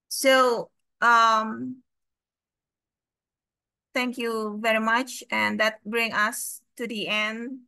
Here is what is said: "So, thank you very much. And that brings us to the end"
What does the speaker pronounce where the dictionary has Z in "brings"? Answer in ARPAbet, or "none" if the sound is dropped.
none